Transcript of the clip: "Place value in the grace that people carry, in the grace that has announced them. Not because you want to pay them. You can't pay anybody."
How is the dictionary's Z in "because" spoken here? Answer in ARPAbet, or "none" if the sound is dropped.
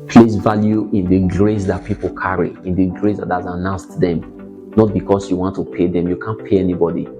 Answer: S